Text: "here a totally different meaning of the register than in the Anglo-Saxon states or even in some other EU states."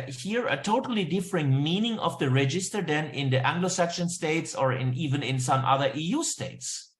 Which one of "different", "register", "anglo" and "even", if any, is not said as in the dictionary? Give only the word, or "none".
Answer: none